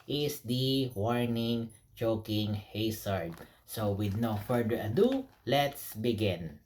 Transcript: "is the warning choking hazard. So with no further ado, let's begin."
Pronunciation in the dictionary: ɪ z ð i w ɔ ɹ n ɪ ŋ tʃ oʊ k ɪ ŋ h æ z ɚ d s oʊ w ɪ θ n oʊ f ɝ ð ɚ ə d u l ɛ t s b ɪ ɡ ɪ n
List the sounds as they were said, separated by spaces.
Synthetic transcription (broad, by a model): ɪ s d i w ɔ ɹ n ɪ ŋ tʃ oʊ k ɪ ŋ h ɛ s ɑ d s oʊ w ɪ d n oʊ f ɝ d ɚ ə d u l ɛ t s b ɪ ɡ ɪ n